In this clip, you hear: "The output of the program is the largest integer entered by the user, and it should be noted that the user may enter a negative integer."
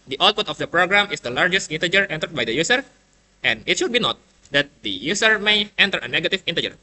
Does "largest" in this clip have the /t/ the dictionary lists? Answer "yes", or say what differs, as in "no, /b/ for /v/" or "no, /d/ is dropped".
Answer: yes